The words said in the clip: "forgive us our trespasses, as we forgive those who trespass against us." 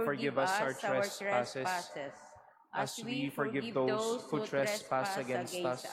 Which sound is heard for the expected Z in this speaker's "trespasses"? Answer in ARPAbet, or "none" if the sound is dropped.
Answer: S